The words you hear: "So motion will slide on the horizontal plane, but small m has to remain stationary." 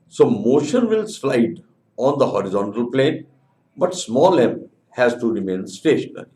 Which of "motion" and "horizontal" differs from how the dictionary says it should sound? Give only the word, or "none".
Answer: none